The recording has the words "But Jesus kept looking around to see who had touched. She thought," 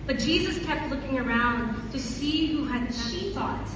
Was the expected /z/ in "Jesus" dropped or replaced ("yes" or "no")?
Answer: no